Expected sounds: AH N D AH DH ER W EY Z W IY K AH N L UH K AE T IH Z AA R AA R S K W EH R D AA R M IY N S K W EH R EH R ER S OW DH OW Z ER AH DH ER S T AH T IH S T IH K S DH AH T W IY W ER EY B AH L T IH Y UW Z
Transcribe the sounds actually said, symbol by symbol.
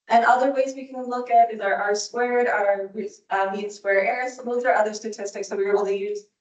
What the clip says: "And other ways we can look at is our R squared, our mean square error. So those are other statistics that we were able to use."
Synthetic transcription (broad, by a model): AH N AH DH ER W EY Z W IY K AH N L UH K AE T IH Z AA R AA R S K W EH R D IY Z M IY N S K W EH R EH R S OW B OW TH ER AH DH ER S T AH T IH S T IH K S DH AH T W IY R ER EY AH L T IH Y UW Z